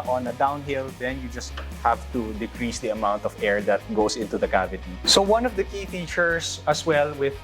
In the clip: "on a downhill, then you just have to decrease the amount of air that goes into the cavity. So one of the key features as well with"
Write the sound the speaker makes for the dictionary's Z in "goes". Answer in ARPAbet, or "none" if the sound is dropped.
S